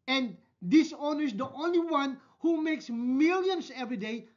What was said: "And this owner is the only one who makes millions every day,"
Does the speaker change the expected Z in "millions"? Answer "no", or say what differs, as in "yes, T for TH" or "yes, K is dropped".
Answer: yes, S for Z